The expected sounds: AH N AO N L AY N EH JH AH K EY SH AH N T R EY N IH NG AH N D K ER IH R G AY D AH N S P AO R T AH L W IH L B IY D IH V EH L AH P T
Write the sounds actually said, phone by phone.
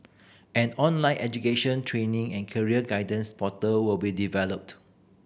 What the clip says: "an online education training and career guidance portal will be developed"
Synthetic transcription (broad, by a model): AH N AO N L AY N EH JH AH K EY SH AH N T R EY N IH NG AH N K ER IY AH G AY D AH N S P AO T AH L W IH L B IY D IH V EH L AH P T